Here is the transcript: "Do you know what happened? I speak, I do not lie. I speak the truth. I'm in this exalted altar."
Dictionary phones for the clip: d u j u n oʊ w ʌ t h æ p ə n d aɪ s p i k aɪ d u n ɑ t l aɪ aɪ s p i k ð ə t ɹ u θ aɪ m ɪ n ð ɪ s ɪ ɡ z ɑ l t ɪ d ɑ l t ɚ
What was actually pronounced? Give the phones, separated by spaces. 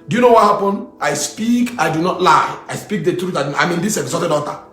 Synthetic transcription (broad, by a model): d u j u n oʊ w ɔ t h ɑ p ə n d aɪ s p i k aɪ d u n ɑ t l aɪ aɪ s p i k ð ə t ɹ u t aɪ m ɪ n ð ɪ s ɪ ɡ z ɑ t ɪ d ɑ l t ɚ